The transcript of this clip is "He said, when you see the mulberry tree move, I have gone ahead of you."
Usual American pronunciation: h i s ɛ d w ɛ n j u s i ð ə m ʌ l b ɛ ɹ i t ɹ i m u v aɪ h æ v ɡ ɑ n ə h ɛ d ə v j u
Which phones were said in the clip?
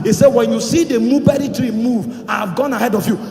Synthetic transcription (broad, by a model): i s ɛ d w ɛ n j u s i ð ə m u b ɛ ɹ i t ɹ i m u v aɪ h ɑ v ɡ ɑ n ə h ɛ d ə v j u